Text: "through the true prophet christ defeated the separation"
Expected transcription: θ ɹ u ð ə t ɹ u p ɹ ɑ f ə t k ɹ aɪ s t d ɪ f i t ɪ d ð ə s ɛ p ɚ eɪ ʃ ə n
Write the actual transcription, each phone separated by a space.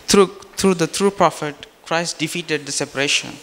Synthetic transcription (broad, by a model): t ɹ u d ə t ɹ u p ɹ ɑ f ə t k ɹ aɪ s t d ɪ f i t ɪ d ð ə s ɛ p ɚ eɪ ʃ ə n